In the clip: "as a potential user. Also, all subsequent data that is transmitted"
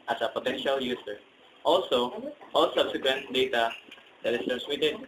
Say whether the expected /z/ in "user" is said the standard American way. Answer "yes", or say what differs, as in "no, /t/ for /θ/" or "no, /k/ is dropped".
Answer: no, /s/ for /z/